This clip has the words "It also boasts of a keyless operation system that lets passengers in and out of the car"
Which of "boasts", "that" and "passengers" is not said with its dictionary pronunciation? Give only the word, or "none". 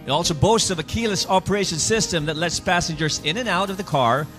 none